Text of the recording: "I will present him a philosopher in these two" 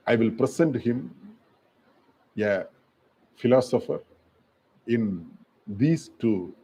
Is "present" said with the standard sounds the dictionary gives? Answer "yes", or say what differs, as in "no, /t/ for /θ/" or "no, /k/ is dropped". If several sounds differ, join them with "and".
no, /s/ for /z/